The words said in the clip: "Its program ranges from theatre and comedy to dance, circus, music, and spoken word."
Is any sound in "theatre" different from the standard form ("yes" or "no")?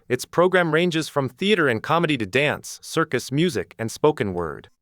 no